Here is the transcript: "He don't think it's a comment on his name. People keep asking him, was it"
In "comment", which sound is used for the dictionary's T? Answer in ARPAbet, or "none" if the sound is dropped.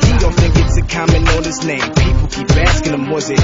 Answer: none